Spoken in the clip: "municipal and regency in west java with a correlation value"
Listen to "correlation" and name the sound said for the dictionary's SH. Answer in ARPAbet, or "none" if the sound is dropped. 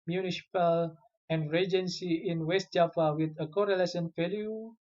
S